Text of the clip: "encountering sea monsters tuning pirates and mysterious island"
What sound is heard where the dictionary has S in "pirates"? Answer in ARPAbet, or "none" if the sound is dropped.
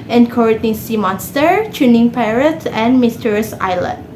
none